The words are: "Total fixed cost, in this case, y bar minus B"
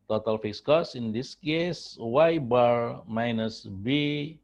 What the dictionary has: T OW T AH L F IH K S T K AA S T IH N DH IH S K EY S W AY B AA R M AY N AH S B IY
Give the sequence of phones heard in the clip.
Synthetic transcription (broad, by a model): T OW T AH L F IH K S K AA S IH N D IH S K EY S W AY B AA R M AY N AH S B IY